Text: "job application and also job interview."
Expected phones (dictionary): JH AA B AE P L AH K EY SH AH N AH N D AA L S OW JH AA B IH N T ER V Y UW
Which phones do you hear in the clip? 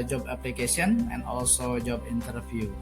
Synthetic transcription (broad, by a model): JH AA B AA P L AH K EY S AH N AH N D AA L S OW JH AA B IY N T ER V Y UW